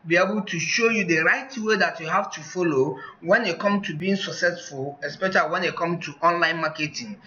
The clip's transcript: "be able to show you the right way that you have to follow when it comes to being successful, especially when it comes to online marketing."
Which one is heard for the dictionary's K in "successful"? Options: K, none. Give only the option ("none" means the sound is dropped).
K